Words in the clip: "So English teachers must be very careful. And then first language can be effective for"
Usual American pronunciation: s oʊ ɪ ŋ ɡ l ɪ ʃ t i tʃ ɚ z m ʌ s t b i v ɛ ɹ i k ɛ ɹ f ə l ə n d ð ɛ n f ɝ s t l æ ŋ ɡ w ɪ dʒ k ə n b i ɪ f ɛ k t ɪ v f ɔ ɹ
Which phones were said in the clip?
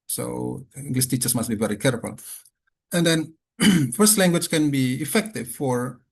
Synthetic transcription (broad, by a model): s oʊ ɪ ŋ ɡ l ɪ s t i tʃ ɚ s m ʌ s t b i v ɛ ɹ i k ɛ ɹ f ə l ə n d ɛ n f ɝ s t l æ ŋ ɡ w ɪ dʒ k ə n b i ɪ f ɛ k t ɪ v f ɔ ɹ